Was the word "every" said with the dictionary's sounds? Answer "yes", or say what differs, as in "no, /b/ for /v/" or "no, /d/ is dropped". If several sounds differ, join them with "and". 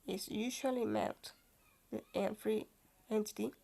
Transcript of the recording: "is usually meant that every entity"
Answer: no, /f/ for /v/